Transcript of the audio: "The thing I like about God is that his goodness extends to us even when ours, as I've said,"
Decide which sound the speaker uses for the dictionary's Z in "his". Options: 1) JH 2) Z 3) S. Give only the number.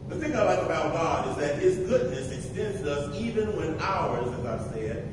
2